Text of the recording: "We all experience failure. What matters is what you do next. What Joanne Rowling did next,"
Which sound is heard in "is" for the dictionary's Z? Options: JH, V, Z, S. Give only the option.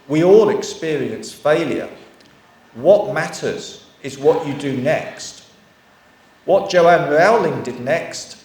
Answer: Z